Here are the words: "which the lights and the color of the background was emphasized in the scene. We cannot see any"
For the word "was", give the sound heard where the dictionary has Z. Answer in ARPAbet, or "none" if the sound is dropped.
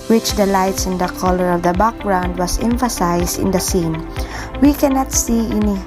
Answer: S